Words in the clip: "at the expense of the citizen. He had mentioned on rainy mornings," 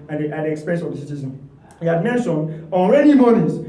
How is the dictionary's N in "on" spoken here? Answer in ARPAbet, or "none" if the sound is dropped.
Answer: L